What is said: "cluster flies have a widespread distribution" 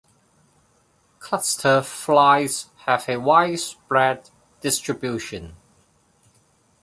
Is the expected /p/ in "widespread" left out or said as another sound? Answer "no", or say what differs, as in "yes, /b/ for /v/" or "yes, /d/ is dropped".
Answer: yes, /b/ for /p/